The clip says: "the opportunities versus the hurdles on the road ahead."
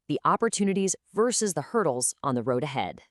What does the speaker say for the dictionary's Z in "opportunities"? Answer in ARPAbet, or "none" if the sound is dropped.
Z